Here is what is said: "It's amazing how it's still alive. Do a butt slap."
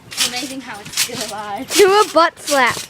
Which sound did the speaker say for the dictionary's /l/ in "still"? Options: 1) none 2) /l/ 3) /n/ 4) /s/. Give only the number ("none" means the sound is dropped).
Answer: 3